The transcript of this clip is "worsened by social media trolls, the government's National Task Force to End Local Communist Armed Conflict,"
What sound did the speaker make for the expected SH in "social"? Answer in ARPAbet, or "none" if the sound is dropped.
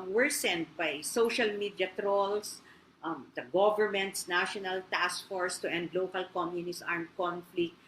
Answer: SH